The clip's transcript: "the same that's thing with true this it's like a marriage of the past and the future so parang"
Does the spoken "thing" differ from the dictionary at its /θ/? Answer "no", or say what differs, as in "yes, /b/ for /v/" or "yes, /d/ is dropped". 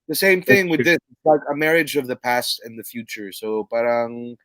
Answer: no